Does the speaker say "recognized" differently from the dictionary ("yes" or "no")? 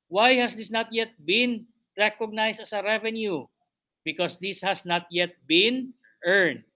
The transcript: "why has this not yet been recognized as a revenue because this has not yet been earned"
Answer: yes